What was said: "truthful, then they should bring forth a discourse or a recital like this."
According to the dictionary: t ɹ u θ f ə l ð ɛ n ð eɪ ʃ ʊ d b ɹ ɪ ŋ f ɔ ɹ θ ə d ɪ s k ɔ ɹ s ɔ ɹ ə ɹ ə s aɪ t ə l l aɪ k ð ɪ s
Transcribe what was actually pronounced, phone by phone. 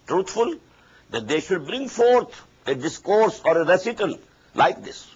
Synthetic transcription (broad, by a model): t ɹ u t f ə l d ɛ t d eɪ ʃ ʊ d b ɹ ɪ ŋ f ɔ ɹ t ə d ɪ s k ɔ ɹ s ɔ ɹ ə ɹ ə s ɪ t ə l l aɪ k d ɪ s